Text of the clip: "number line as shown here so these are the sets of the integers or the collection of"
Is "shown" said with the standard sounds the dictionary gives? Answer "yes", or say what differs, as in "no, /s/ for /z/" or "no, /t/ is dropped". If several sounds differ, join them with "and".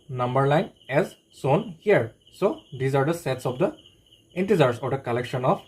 no, /s/ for /ʃ/